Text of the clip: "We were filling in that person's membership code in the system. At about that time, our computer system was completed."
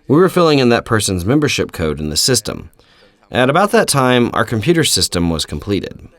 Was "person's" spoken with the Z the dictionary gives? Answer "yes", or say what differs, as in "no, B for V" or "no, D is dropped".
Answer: yes